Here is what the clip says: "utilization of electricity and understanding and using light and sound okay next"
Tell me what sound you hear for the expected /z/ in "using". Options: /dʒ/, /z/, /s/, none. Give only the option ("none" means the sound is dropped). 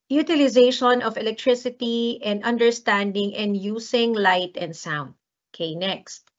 /s/